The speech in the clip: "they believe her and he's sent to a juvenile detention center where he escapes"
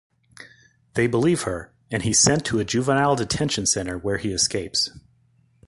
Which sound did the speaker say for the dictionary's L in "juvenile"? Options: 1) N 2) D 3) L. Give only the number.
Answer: 3